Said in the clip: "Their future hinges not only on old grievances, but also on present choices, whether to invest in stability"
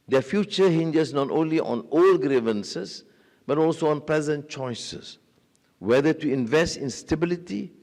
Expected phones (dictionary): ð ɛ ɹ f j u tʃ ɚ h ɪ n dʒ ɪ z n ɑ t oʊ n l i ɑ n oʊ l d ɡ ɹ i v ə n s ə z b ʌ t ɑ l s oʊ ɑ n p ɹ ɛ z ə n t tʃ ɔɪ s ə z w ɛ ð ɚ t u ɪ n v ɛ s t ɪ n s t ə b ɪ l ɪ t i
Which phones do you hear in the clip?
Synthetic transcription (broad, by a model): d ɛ f j u tʃ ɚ h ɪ n dʒ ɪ s n ɑ t oʊ n l i ɑ n oʊ l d ɡ ɹ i v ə n s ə s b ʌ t ɑ l s oʊ ɑ n p l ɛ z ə n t tʃ ɔɪ s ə s w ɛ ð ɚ t u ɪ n v ɛ s t ɪ n s t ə b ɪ l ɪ t i